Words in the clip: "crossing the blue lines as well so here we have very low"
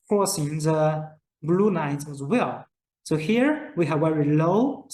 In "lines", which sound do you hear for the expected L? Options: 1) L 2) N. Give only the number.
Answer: 2